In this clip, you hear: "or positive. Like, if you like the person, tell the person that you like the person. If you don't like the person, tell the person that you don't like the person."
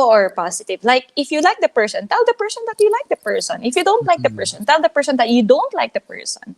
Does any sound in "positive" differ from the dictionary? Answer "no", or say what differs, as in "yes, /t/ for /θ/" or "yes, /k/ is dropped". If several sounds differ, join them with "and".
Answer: yes, /s/ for /z/